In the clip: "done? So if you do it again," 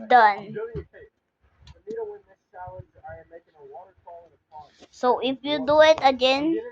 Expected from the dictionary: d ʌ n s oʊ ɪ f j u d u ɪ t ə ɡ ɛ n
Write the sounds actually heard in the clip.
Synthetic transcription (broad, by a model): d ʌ n s oʊ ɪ p j u d u ɪ t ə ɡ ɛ n